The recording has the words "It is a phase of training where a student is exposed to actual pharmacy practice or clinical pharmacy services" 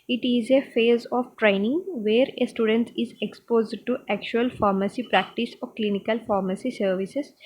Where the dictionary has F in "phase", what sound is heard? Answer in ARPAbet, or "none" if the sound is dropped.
F